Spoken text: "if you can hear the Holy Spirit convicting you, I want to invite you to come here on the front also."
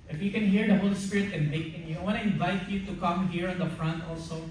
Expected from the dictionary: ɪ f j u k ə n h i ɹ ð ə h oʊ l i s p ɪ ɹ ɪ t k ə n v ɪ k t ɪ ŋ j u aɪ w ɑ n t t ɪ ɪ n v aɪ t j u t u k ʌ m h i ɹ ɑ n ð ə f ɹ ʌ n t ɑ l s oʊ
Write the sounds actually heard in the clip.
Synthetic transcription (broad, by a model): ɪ f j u k ə n h i ɹ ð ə h oʊ l i s p ɪ ɹ ɪ t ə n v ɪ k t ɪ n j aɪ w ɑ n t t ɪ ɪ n v aɪ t j u t u k ʌ m h i ɹ ɑ n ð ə f ɹ ʌ n t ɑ l s oʊ